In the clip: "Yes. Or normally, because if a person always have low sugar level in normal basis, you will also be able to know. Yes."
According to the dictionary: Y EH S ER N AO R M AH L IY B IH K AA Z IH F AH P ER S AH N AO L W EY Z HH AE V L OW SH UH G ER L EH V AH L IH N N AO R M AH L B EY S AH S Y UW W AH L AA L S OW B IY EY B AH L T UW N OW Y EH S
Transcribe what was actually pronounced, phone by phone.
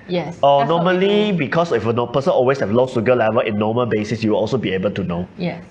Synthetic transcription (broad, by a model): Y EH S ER N AO M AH L IY B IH K AA S IH F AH P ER S AH N AO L W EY S HH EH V L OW S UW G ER L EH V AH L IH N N AO M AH L B EY S AH S Y UW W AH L AA L S OW B IY EY B AH L T UW N OW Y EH